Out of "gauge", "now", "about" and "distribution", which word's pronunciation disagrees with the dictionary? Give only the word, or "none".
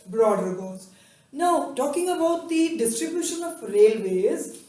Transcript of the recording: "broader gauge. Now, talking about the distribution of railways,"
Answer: gauge